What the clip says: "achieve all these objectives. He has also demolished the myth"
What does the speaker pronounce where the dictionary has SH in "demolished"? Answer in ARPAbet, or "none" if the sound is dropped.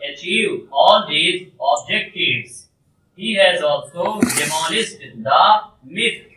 S